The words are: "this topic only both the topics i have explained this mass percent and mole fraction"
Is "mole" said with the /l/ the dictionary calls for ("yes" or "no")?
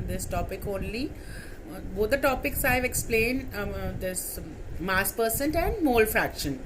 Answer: yes